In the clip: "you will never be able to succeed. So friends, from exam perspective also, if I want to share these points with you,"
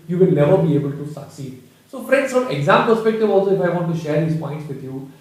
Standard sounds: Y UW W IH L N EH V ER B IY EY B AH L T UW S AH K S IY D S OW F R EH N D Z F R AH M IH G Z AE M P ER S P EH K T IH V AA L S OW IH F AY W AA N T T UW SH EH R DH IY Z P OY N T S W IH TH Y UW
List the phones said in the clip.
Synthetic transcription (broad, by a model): Y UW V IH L N EH V ER B IY EY B AH L T UW S AH K S IY D S OW F R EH N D S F R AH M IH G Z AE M P ER S P EH K T IH V AA L S OW IH F AY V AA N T T UW SH EH R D IY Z P OY N T S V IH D Y UW